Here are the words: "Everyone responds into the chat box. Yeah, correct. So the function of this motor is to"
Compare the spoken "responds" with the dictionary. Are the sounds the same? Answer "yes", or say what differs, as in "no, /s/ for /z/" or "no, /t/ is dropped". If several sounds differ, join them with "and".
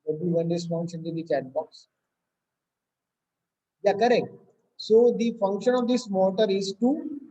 no, /f/ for /p/